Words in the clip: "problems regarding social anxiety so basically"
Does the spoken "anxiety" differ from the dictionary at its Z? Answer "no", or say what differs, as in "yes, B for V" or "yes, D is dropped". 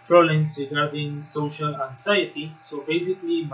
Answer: yes, S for Z